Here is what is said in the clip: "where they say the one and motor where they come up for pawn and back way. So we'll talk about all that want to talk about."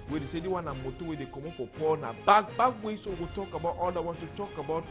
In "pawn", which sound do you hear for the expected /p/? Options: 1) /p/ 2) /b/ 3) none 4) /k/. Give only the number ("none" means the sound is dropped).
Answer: 1